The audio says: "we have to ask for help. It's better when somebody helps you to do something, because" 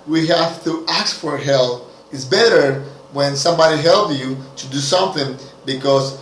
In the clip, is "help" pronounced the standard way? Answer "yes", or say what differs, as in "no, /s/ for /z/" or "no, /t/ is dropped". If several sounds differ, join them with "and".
no, /p/ is dropped